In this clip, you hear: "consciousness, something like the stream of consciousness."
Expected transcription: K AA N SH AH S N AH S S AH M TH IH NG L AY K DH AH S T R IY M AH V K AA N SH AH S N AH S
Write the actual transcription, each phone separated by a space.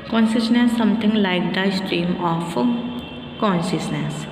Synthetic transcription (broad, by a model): K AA N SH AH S N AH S S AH M T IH NG L AY K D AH S T R IY M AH F K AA N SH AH S N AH S